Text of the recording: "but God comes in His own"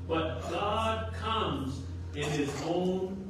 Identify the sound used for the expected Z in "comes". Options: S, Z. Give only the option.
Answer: Z